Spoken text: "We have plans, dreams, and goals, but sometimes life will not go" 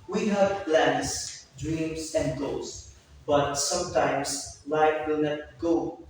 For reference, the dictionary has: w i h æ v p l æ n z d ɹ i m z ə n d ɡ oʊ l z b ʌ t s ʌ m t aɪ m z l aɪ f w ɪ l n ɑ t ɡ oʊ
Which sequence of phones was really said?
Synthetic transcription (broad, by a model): w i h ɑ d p l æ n s d ɹ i m s ə n d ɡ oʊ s b ʌ t s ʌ m t aɪ m s l aɪ f w ɪ l n ɑ t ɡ oʊ